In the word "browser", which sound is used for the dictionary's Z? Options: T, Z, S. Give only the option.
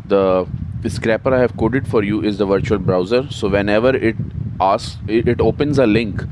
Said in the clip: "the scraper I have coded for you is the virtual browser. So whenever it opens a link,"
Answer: Z